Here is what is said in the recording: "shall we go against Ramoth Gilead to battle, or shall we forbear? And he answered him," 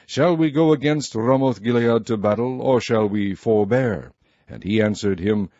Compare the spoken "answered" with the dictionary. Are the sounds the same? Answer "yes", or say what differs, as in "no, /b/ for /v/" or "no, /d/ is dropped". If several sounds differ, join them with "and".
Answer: yes